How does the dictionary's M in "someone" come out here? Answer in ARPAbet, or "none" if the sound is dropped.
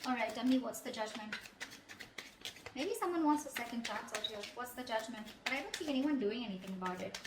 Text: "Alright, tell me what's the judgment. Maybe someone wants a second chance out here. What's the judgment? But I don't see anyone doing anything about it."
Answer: M